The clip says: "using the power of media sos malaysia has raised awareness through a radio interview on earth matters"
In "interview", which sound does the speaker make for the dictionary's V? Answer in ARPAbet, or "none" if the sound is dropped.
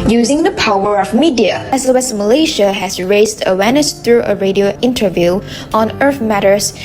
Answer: V